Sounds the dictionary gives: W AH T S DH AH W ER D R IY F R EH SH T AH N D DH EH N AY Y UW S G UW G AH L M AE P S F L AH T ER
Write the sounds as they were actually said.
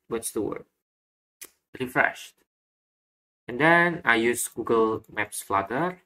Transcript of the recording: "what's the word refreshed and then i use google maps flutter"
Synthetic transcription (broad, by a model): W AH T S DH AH W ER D R IY F R EH SH T AH N D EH N AY Y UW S G UW G AH L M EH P S F L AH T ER